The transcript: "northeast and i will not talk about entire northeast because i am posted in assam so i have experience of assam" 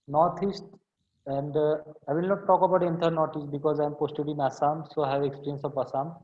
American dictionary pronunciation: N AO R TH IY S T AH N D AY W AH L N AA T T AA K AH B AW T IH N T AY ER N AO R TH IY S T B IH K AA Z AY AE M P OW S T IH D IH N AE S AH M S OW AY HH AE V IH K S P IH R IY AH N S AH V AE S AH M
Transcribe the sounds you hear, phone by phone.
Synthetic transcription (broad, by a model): N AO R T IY S T AH N D AY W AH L N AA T T AA K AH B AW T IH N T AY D N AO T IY S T B IH K AA Z AY M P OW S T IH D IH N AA S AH M S OW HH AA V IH K S P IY R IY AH N S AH P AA S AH M